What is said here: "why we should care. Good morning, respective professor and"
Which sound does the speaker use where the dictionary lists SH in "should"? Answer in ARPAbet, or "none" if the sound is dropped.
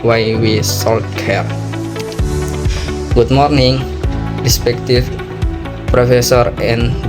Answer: S